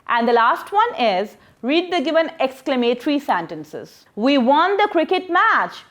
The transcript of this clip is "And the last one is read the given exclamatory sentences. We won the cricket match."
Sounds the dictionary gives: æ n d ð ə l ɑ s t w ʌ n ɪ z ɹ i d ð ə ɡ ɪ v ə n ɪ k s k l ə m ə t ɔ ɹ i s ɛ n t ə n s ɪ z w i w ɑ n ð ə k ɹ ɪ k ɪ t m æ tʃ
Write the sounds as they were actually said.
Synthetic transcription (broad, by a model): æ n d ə l ɑ s t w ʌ n ɪ z ɹ i d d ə ɡ ɪ v ə n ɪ k s k l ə m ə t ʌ ɹ i s ɛ n t ə n s ɪ z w i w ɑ n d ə k ɹ ɪ k ɪ t m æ tʃ